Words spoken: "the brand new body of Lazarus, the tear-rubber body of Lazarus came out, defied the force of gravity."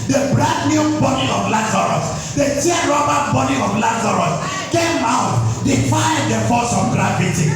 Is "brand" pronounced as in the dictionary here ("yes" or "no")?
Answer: no